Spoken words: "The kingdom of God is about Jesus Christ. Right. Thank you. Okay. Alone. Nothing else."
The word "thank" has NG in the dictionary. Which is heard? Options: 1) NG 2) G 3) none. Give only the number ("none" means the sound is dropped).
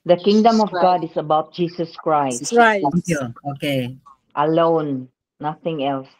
3